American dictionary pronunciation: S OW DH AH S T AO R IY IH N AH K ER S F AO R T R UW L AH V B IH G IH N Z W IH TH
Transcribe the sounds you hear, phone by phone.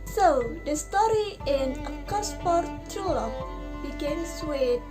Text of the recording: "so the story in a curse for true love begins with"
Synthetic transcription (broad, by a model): S OW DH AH S T AO R IY IH N AH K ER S P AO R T UW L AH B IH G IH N S W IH